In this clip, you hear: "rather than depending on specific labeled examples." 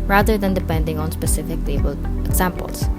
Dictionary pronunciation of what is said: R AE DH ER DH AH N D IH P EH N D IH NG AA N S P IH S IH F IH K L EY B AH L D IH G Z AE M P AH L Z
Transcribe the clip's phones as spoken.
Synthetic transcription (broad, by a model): R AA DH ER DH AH N D IH P EH N D IH NG AA N S P IH S IH F IH K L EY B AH L IH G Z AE M P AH L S